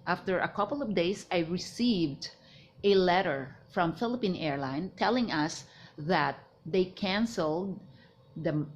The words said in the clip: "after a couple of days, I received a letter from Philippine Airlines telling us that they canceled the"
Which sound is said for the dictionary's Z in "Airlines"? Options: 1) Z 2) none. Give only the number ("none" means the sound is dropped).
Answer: 2